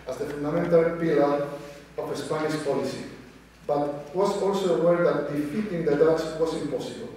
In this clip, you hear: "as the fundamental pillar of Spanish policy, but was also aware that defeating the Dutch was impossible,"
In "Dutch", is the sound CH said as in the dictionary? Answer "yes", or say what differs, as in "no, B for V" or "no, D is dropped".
no, S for CH